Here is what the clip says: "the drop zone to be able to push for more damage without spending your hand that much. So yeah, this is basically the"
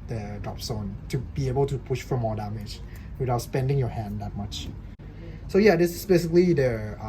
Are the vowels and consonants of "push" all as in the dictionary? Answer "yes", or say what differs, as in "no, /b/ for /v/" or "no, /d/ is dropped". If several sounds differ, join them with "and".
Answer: yes